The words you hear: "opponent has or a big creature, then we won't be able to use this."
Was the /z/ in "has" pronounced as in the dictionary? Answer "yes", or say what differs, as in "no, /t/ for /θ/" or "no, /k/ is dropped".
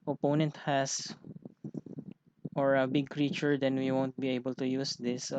no, /s/ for /z/